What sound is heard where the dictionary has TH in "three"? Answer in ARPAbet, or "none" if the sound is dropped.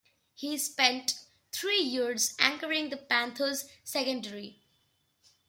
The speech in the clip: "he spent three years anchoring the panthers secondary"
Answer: T